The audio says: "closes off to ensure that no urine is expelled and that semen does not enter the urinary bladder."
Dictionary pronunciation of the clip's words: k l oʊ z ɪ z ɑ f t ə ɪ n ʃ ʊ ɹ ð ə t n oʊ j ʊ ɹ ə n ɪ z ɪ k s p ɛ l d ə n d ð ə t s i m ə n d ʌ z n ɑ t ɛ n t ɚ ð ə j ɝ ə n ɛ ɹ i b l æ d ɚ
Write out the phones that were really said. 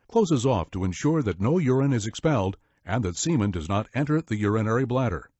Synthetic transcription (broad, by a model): k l oʊ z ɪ z ɑ f t ə ɪ n ʃ ʊ ɹ ð ə t n oʊ j ʊ ɹ ə n ɪ z ɪ k s p ɛ l d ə n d ð ə t s i m ə n d ʌ z n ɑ t ɛ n t ɚ ð ə j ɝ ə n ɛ ɹ i b l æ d ɚ